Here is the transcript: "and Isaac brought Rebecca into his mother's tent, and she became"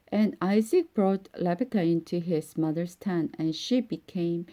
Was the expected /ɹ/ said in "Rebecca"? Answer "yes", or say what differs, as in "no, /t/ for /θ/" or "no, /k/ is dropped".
no, /l/ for /ɹ/